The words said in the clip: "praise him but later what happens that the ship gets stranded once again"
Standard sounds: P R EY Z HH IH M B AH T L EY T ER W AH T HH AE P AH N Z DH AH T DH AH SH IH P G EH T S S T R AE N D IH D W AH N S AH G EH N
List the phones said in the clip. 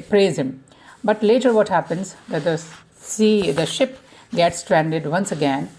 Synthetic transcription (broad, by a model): P R EY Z HH IH M B AH T L EY T ER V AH T HH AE P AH N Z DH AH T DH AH SH IH P G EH T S S T R AE N D IH D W AH N S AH G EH N